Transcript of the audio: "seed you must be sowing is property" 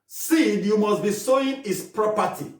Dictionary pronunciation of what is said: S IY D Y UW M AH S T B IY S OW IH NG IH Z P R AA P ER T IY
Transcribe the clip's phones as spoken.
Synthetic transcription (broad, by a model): S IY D Y UW M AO S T B IY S OW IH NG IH S P R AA P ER T IY